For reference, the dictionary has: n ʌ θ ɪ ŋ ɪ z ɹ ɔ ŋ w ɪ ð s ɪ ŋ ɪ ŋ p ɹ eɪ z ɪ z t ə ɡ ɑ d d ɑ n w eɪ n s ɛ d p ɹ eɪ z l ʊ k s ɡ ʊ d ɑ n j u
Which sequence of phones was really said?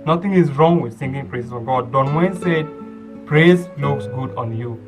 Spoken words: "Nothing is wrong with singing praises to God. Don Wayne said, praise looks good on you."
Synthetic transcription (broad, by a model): n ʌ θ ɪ ŋ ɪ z ɹ ɔ ŋ w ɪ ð θ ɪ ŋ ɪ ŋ p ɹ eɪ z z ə ɡ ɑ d d ɑ n w eɪ n s ɛ d p ɹ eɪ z l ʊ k s ɡ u d ɑ n j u